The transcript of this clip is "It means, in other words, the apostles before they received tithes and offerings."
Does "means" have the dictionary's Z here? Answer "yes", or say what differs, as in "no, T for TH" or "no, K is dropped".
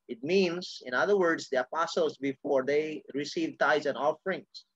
no, S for Z